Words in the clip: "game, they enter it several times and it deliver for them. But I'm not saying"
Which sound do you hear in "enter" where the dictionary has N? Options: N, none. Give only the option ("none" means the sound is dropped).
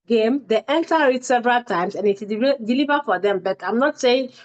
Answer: N